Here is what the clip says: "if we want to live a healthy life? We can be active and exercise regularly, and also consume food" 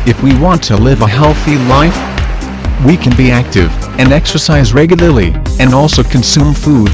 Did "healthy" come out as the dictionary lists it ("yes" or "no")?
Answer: yes